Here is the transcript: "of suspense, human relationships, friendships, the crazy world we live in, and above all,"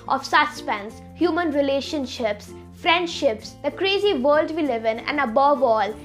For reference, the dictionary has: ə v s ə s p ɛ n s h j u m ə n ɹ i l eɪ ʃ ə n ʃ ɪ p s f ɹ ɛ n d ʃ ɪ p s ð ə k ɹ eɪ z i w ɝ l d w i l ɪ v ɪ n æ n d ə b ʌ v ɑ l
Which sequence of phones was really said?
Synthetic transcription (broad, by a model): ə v s ə s p ɛ n s h j u m ə n ɹ i l eɪ ʃ ə n ʃ ɪ p s f ɹ ɛ n d ʃ ɪ p s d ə k ɹ eɪ z i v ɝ l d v i l ɪ v ɪ n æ n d ə b ʌ v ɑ l